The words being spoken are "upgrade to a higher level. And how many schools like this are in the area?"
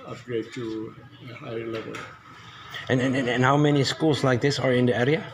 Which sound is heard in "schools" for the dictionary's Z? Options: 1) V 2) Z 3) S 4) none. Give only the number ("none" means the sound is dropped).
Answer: 3